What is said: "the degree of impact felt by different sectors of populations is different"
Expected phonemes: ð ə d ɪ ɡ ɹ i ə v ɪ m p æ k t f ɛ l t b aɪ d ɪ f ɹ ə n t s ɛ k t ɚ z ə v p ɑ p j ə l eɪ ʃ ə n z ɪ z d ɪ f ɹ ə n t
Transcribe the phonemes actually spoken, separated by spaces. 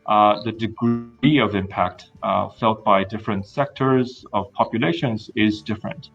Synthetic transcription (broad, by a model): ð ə d ɪ ɡ ɹ i ə v ɪ m p æ k t f ɛ l t b aɪ d ɪ f ɹ ə n t s ɛ k t ɚ z ə v p ɑ p j ə l eɪ ʃ ə n z ɪ z d ɪ f ɹ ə n t